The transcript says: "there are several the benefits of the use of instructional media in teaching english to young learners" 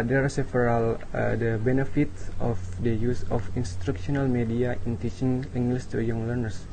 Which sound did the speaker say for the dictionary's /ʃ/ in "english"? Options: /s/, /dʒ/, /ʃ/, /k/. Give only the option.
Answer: /s/